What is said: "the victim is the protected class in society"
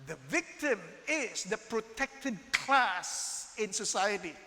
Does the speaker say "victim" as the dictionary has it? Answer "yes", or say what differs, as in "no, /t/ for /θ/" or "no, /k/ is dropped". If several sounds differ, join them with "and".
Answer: yes